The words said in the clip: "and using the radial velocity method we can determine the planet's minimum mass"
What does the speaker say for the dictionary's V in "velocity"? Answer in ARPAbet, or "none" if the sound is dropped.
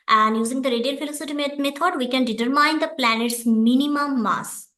F